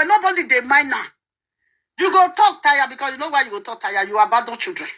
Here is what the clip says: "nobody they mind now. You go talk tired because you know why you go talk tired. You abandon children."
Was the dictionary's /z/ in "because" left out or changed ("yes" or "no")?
yes